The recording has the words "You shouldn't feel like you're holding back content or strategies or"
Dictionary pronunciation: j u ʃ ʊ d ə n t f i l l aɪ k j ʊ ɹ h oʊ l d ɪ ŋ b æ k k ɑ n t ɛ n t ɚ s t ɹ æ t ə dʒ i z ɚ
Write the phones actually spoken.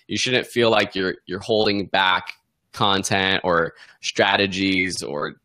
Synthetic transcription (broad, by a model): j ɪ ʃ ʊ d n t f i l l aɪ k j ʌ ɹ h oʊ l d ɪ ŋ b æ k k ɑ n t ɛ n t ɚ s t ɹ æ t ə dʒ i z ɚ